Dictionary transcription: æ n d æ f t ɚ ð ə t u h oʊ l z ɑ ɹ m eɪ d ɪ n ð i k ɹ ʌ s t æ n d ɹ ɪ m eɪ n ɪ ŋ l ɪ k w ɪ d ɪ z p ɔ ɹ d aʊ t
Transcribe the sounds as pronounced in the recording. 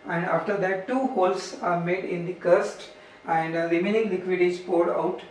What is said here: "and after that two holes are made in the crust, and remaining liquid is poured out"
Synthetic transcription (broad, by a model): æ n d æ f t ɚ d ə t u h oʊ l s ɑ ɹ m eɪ d ɪ n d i k ʌ s t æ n d l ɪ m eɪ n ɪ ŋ l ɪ k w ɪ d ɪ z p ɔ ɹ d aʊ t